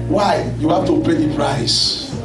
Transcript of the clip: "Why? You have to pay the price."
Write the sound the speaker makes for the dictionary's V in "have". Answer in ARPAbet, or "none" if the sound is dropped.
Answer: F